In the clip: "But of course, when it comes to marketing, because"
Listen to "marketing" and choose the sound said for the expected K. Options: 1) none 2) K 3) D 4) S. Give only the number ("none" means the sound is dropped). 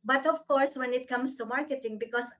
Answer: 2